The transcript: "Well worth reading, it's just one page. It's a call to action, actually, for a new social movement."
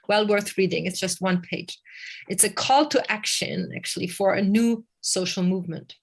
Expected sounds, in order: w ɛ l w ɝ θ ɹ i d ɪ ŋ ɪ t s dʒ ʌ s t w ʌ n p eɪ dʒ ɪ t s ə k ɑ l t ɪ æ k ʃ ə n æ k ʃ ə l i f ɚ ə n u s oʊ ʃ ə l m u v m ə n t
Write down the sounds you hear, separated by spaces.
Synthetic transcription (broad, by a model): w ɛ l w ɝ θ ɹ i d ɪ ŋ ɪ t s dʒ ʌ s t w ʌ n p eɪ dʒ ɪ t s ə k ɑ l t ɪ æ k ʃ ə n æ k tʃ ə l i f ɚ ə n u s oʊ ʃ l m u v m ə n t